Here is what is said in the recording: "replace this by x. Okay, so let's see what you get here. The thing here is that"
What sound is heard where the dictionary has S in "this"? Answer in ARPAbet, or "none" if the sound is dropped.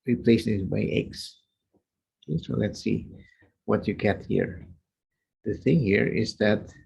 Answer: none